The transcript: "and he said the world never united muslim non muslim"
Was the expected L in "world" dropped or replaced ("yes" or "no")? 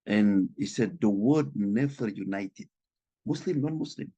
yes